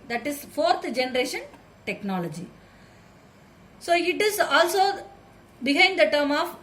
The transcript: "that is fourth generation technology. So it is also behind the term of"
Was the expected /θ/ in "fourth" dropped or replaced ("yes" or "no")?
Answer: yes